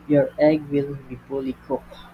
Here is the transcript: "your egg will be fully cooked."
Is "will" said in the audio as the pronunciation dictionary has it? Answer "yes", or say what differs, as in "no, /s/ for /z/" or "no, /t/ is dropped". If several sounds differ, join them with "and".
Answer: yes